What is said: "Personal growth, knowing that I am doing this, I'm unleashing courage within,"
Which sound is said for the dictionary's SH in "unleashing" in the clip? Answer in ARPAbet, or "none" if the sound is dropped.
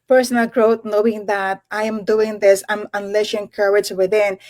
S